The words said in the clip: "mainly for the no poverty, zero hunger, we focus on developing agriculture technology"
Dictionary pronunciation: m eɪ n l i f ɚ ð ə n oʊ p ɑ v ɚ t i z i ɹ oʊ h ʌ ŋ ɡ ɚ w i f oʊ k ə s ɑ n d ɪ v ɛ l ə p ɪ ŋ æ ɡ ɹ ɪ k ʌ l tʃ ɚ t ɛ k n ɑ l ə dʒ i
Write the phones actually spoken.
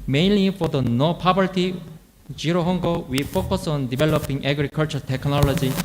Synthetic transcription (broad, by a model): m eɪ n l i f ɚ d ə n oʊ p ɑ b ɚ t i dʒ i ɹ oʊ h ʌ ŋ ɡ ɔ w i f oʊ k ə s ɑ n d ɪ b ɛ l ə p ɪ ŋ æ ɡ ɹ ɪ k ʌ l tʃ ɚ t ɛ k n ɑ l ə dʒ i